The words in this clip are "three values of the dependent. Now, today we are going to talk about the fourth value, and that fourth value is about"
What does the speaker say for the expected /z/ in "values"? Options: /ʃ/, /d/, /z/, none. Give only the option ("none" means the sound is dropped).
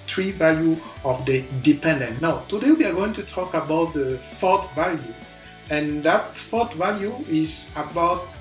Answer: none